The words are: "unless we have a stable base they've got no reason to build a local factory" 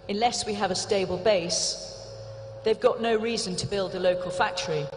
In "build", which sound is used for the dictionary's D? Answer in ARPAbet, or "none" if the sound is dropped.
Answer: D